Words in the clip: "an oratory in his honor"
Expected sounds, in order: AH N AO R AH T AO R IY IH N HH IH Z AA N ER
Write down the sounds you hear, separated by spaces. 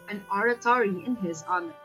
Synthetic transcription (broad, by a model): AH N AO R AH T AO R IY IH N HH IH Z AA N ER